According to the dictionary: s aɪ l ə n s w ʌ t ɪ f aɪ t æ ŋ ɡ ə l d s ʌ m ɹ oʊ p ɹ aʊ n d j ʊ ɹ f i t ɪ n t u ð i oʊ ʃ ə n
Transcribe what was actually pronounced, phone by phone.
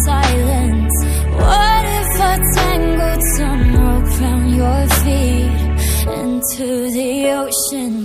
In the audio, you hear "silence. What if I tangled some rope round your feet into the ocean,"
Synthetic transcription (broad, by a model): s aɪ l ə n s w ʌ t ɪ f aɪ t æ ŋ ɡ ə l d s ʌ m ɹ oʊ f ɹ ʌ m j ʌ ɹ f i t ɪ n t u ð i oʊ ʃ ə n